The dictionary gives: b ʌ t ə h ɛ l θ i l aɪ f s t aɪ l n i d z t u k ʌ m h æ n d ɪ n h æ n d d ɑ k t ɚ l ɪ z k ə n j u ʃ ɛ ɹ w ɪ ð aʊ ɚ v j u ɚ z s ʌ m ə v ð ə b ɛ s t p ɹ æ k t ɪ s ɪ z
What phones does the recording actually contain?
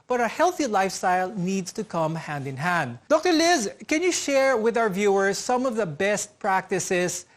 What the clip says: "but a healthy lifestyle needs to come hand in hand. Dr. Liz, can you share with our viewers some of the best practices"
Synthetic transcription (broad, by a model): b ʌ t ə h ɛ l θ i l aɪ f s t aɪ l n i d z t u k ʌ m h æ n d ɪ n h æ n d d ɑ k t ɚ l ɪ z k ə n j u ʃ ɛ ɹ w ɪ ð aʊ ɚ v j u ɚ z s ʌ m ə v ð ə b ɛ s t p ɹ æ k t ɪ s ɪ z